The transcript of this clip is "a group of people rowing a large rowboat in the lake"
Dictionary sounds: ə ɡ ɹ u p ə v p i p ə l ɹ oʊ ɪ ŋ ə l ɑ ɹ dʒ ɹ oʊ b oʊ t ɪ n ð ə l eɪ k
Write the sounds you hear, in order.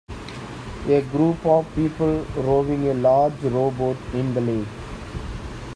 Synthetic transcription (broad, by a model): ə ɡ ɹ u p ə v p i p ə l ɹ oʊ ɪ ŋ ə l ɑ ɹ dʒ ɹ oʊ b oʊ t ɪ n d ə l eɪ